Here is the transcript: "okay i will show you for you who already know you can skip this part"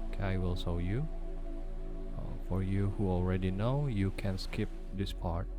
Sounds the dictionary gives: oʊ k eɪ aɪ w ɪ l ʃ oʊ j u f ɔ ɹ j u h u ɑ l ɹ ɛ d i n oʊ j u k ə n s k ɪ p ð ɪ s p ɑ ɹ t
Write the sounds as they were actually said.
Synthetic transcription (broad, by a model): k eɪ aɪ w ɪ l s oʊ j u f ɔ ɹ j u h u ɑ l ɹ ɛ d i n oʊ j u k ə n s k ɪ p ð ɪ s p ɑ ɹ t